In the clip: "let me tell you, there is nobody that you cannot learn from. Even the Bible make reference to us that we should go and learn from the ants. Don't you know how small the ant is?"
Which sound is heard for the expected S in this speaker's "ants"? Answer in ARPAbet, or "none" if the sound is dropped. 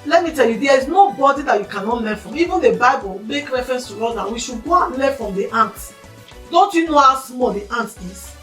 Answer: none